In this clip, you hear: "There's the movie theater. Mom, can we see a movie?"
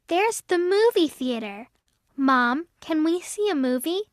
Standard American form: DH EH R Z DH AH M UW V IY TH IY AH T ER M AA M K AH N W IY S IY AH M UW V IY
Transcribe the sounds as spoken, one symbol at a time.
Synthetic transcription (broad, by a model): DH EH R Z DH AH M UW V IY TH IY AH T ER M AA M K AH N W IY S IY AH M UW V IY